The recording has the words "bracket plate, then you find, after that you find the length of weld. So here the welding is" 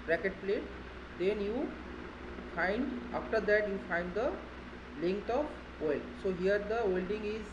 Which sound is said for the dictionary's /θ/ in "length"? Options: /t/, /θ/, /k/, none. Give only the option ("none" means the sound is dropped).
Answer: /t/